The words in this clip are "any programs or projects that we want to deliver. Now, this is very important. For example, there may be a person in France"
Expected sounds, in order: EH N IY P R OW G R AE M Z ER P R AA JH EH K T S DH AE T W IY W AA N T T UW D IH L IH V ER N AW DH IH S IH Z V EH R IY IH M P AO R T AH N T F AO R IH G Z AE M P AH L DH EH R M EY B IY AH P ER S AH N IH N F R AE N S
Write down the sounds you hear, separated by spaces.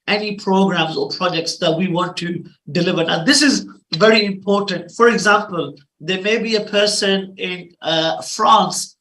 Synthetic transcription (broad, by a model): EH N IY P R OW G R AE M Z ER P R AA JH EH K T S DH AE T W IY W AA N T T UW D IH L IH V ER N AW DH IH S IH Z V EH R IY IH M P AO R T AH N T F AO R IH G Z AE M P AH L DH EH M EY B IY AH P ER S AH N IH N F R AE N S